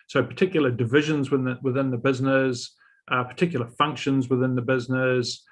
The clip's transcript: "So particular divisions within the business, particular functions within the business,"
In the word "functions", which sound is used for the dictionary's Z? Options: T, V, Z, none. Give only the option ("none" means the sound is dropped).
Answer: Z